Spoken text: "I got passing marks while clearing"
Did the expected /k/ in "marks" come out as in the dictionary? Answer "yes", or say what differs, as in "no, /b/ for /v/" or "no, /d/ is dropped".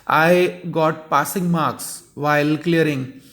yes